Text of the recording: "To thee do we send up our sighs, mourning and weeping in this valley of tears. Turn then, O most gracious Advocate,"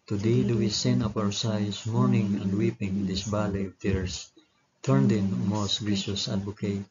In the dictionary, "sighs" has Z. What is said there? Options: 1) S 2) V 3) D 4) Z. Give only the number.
1